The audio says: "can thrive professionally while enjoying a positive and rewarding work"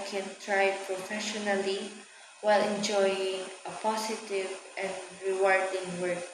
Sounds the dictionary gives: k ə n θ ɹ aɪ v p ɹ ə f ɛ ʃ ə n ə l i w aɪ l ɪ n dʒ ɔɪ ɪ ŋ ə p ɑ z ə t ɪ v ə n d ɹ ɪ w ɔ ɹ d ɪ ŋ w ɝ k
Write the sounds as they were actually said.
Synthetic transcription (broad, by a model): k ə n t ɹ aɪ p ɹ ə f ɛ ʃ ə n ə l i w aɪ l ɪ n dʒ ɔɪ ɪ ŋ ə p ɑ s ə t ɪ v ə n d ɹ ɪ w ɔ ɹ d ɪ ŋ w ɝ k